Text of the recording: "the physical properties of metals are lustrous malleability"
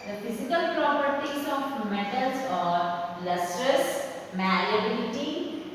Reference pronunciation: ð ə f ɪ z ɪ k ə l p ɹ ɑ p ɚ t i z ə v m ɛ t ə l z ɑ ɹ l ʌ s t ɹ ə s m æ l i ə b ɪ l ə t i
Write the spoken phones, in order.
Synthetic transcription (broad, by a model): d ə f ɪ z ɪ k ə l p ɹ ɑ p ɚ t i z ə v m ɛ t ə l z ɑ ɹ l ʌ s t ɹ ə s m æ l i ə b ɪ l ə t i